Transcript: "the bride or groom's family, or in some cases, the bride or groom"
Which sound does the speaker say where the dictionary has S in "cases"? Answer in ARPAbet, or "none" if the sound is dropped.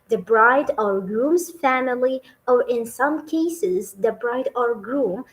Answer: S